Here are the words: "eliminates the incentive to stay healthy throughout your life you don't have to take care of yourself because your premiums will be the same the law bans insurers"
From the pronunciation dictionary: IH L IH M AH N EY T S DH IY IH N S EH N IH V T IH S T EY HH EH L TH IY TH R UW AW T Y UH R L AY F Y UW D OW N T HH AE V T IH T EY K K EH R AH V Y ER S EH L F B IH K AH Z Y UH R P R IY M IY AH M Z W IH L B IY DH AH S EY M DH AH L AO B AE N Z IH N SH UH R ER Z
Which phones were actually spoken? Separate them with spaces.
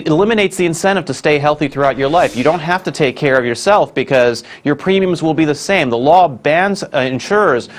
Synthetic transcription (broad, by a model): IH L IH M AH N EY T S DH IY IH N S EH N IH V T IH S T EY HH EH L TH IY TH R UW AW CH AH R L AY F Y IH D OW N T HH AE F T IH T EY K K EH R AH V Y ER S EH L F B IH K AH Z Y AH R P R IY M IY AH M Z W IH L B IY DH AH S EY M DH AH L AO B AE N Z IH N SH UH R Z